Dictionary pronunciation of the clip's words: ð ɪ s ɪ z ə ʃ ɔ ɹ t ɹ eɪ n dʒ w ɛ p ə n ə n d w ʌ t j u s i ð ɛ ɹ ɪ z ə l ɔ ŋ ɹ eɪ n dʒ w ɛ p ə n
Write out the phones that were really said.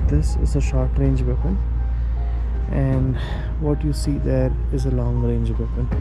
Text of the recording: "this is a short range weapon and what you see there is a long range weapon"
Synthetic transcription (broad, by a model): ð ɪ s ɪ z ə ʃ ɔ ɹ t ɹ eɪ n dʒ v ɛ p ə n ə n d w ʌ t j u s i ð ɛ ɹ ɪ z ə l ɔ ŋ ɹ eɪ n dʒ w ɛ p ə n